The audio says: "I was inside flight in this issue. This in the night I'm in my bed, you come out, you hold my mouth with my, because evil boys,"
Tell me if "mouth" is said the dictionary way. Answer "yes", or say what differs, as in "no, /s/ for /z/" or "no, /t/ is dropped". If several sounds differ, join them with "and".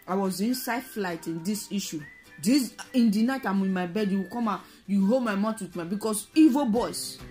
no, /t/ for /θ/